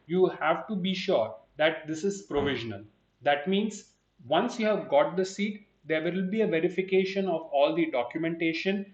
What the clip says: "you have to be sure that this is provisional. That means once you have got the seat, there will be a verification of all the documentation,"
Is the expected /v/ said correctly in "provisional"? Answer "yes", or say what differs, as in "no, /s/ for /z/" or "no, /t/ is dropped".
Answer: yes